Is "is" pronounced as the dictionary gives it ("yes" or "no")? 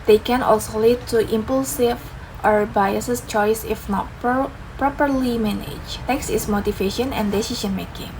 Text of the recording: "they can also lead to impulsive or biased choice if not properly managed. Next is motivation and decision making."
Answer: no